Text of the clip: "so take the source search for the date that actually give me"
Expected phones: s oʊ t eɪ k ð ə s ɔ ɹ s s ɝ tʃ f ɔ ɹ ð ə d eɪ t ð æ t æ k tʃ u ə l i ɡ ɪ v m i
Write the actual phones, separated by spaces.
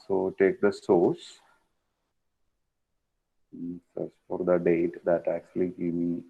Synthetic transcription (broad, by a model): s oʊ t eɪ k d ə s ɔ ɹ s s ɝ s f ɔ ɹ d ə d eɪ t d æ t æ k tʃ u ə l i ɡ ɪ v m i